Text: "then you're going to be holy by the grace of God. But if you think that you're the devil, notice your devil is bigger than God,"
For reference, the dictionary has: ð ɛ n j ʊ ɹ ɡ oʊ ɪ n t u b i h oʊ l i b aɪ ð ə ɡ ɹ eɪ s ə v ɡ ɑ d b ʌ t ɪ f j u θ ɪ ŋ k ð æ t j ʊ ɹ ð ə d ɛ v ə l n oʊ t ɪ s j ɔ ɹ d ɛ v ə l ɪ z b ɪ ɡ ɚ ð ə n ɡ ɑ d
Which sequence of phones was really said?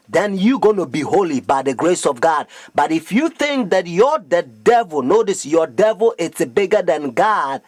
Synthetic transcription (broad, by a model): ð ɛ n j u ɡ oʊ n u b i h oʊ l i b aɪ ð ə ɡ ɹ eɪ s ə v ɡ ɑ d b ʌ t ɪ f j u θ ɪ ŋ k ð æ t j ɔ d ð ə d ɛ v ə l n oʊ t ɪ s j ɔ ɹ d ɛ v ə l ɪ s b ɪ ɡ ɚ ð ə n ɡ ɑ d